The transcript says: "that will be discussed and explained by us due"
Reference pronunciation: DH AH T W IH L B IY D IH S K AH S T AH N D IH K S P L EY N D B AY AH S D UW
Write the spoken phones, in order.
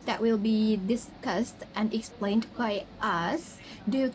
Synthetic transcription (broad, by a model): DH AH T W IH L B IY D IH S K AH S T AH N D IH K S P L EY N D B AY AH S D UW